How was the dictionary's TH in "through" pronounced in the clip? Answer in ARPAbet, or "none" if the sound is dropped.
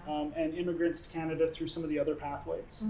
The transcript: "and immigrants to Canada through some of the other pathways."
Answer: TH